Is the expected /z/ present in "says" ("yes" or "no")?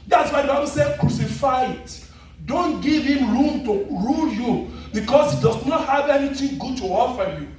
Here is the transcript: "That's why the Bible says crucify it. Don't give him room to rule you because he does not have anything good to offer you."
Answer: no